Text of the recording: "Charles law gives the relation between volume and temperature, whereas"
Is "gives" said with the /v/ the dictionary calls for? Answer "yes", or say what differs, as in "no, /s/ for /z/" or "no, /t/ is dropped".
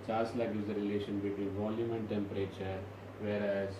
no, /v/ is dropped